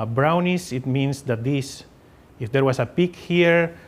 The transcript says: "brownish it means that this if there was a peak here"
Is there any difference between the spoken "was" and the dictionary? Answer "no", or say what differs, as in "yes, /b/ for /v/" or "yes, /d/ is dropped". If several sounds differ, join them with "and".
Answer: yes, /s/ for /z/